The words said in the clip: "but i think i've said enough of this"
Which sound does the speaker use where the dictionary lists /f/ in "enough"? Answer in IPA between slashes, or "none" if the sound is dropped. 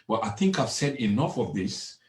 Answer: /f/